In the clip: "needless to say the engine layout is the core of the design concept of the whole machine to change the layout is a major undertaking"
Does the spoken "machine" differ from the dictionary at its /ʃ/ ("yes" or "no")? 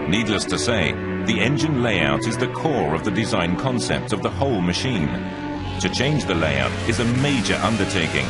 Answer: no